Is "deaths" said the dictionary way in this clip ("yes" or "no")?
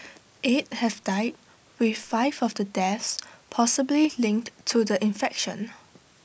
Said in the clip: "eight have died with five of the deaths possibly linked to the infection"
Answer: yes